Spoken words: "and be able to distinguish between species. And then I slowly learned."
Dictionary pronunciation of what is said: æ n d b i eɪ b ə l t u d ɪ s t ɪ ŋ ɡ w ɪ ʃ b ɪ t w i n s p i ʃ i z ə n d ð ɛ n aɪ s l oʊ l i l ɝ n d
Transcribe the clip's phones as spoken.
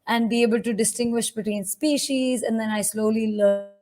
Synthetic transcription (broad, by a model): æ n d b i eɪ b ə l t u d ɪ s t ɪ ŋ ɡ w ɪ ʃ b ɪ t w i n s p i ʃ i z ə n d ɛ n aɪ s l oʊ l i l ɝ